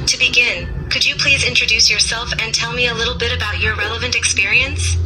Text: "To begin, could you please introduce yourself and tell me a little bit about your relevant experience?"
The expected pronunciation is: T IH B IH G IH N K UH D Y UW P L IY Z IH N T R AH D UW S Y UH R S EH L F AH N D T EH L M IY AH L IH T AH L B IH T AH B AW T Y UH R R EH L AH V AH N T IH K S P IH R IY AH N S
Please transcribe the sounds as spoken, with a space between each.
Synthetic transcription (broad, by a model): T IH B IH G IH N K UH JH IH P L IY Z IH N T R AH D UW S Y UH R S EH L F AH N T EH L M IY AH L IH T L B IH T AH B AW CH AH R R EH L AH V AH N T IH K S P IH R IY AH N S